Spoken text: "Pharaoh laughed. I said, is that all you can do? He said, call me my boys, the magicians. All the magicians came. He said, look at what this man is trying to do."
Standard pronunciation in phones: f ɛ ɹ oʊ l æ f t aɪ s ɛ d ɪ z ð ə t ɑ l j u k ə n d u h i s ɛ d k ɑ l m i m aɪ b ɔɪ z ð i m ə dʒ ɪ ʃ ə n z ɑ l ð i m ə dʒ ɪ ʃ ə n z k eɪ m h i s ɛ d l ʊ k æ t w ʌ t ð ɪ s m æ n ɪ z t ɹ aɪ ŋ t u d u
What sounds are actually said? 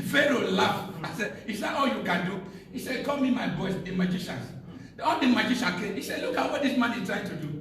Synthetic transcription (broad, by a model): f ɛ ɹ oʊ l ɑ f aɪ s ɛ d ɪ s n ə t ɑ l j u k ə n d u h i s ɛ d k ɑ l m i m aɪ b ɔɪ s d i m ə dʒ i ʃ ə n s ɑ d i m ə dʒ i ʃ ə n k eɪ m h i s ɛ d l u k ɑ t w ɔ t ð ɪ s m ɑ n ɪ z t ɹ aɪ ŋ t u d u